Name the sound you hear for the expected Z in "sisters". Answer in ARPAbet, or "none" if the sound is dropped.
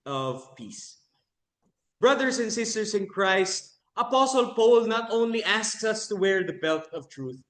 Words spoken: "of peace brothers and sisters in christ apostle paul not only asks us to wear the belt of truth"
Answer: S